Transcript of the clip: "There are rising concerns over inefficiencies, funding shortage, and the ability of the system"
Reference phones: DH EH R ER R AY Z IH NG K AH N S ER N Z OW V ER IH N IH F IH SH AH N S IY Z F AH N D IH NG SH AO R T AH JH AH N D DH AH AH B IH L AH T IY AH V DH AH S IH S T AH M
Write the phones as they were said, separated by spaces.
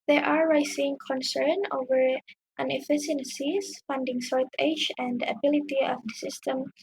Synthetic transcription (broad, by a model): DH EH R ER R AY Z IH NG K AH N S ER N OW V ER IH N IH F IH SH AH N S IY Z F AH N D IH NG S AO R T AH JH AH N D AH AH B IH L AH T IY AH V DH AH S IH S T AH M